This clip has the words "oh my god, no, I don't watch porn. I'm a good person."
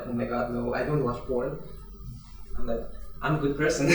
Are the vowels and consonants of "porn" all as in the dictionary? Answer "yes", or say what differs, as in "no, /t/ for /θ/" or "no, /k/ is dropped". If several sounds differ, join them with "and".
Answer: no, /l/ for /n/